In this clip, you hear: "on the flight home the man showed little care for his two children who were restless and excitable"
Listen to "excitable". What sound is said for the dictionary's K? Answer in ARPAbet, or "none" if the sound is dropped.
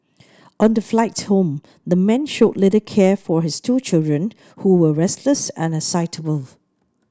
none